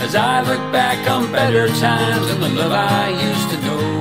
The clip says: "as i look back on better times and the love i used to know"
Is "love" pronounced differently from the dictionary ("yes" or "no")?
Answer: yes